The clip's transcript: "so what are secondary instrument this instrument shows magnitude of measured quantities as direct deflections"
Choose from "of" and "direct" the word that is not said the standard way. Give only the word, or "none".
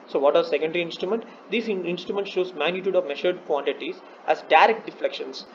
none